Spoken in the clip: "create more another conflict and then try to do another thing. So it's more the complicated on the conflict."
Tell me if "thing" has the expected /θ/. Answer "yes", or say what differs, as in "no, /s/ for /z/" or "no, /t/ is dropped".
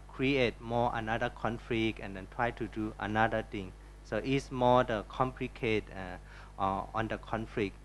no, /t/ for /θ/